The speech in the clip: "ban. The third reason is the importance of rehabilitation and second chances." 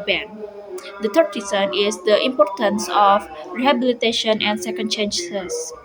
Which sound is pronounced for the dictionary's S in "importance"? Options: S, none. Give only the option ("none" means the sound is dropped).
S